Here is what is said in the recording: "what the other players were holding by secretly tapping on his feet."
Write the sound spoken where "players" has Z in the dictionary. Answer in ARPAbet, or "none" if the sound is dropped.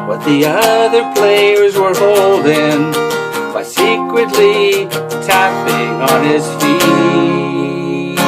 Z